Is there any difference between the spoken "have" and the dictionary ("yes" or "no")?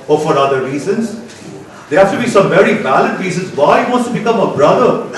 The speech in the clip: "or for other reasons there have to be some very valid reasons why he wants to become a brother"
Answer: yes